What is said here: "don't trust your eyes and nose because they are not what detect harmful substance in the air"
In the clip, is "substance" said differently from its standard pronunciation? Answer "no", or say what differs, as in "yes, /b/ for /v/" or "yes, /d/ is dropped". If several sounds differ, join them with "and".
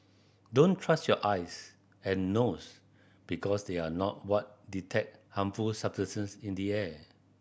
yes, /s/ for /t/